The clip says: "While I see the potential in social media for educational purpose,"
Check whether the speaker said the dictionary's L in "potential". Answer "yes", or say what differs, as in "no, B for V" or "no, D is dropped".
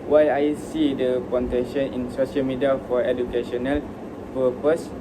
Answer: no, N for L